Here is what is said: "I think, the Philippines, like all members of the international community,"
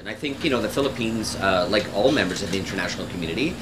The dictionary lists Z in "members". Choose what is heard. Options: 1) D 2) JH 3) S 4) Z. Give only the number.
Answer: 4